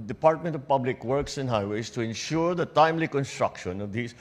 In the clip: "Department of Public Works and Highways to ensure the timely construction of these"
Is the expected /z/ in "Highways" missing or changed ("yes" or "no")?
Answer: yes